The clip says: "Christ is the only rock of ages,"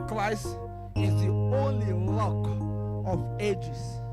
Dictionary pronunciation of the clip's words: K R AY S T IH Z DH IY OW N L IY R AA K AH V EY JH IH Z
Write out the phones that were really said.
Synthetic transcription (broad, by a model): K R AY S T IH Z DH IY OW N L IY L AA K AH V EY JH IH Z